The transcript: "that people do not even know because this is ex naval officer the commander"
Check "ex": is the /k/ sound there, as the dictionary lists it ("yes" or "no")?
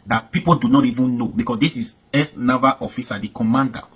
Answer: no